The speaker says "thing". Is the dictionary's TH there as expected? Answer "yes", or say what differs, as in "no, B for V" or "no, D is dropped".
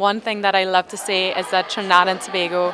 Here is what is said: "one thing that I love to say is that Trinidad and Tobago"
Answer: yes